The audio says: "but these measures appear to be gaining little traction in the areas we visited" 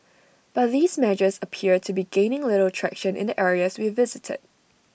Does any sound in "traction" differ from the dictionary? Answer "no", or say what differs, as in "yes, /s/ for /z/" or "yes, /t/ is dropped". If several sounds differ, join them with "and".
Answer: no